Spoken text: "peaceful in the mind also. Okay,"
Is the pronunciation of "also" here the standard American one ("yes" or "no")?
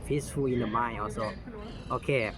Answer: no